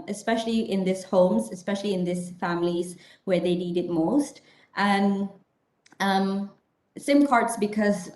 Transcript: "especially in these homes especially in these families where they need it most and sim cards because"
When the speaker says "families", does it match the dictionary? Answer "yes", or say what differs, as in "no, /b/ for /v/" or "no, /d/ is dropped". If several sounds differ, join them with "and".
yes